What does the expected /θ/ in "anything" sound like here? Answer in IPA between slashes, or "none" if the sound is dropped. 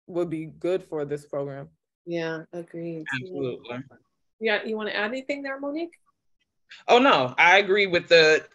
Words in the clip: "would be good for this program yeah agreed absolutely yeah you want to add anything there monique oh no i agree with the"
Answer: /θ/